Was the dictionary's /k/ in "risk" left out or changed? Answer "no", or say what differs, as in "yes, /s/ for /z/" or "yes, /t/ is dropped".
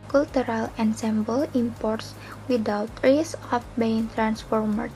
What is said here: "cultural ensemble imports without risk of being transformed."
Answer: yes, /k/ is dropped